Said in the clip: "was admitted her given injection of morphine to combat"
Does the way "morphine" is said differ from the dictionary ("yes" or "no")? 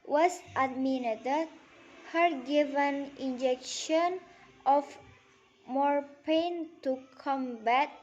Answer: yes